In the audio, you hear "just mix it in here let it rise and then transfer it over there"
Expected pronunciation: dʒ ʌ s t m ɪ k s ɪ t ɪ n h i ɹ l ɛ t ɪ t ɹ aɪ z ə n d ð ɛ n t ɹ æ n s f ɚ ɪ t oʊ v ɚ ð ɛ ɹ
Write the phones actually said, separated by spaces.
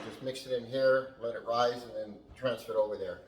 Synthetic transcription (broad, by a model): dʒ ʌ s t m ɪ k s ɪ t ɪ n h i ɹ l ɛ t ɪ t ɹ aɪ z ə n ð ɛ n t ɹ æ n s f ɚ t oʊ v ɚ ð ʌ ɹ